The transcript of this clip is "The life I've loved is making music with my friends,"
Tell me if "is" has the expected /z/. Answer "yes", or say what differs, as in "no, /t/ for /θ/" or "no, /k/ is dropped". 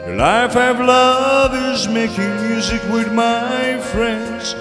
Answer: yes